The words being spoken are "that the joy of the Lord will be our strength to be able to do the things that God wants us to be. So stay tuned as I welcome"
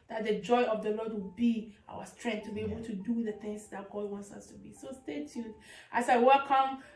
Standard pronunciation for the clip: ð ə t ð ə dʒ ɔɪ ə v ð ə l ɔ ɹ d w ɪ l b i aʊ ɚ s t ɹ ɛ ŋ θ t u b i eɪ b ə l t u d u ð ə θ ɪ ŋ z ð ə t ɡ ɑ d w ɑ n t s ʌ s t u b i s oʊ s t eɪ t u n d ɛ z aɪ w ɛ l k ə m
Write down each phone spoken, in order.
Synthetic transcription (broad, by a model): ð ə t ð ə dʒ ɔɪ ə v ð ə l ɔ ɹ d w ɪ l b i aʊ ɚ s t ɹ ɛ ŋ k t u b i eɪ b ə t u d u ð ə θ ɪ ŋ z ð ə t ɡ ɑ d w ɑ n t s ʌ s t u b i s oʊ s t eɪ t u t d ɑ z aɪ w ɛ l k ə m